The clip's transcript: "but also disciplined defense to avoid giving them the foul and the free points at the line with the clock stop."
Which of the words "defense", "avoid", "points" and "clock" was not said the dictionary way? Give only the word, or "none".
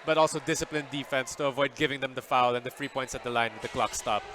none